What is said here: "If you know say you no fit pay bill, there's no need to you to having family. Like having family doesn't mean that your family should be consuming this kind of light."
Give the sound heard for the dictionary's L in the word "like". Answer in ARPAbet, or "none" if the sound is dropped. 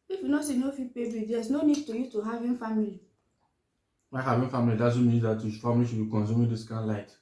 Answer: W